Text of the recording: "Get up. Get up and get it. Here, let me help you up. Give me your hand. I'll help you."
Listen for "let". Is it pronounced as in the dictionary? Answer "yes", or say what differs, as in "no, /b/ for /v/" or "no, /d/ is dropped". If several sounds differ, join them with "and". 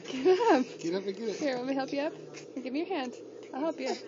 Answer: no, /w/ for /l/